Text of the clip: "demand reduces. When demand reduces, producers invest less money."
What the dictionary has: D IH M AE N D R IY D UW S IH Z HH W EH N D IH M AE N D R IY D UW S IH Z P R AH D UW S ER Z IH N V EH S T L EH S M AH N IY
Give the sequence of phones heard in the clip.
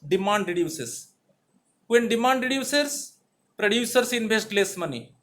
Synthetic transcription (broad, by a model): D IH M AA N D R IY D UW S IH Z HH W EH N D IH M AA N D R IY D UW S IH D P R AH D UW S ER S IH N B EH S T L EH S M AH N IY